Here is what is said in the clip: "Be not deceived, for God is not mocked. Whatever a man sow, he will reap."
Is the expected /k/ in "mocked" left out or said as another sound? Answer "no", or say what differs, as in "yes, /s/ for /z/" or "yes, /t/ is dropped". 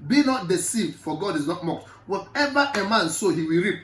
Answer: no